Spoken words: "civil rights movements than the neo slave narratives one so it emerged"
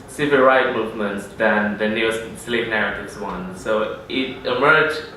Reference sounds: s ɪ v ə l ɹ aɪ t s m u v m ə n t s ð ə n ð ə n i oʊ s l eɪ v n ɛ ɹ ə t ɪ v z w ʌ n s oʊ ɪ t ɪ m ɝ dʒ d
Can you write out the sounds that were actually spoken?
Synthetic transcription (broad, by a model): s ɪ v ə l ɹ aɪ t m u v m ə n t s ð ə n ð ə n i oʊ s l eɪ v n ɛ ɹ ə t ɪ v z w ʌ n s oʊ ɪ t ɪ m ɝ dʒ